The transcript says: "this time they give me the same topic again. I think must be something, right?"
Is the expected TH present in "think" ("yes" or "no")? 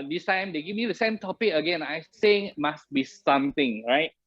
no